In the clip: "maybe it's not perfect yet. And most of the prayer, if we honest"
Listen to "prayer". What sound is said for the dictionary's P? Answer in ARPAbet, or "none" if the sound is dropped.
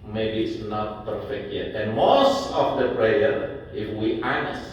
P